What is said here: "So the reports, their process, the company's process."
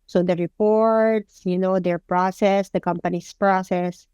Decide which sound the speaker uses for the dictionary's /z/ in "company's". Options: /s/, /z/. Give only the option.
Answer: /s/